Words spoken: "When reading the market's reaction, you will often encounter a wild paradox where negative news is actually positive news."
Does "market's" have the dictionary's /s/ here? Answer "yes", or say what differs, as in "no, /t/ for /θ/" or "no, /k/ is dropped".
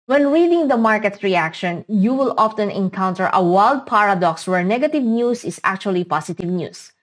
no, /s/ is dropped